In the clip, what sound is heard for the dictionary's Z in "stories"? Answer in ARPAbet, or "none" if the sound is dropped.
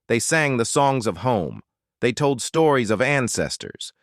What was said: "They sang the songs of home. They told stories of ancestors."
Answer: Z